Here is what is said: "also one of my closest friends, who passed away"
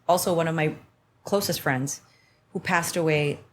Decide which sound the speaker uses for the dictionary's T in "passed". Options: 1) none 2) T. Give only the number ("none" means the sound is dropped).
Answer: 2